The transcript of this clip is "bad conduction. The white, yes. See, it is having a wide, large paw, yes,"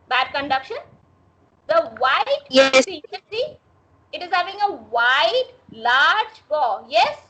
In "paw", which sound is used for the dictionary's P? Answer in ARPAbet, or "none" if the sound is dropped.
B